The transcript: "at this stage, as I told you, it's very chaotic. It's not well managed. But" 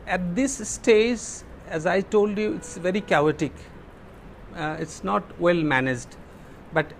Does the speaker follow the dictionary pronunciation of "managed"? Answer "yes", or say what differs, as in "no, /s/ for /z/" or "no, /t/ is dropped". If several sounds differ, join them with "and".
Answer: yes